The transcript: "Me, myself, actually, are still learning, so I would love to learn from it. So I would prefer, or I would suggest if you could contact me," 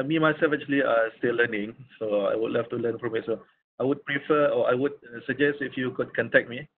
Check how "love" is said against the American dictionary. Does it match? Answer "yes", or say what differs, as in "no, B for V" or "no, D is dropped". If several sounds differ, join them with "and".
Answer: no, F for V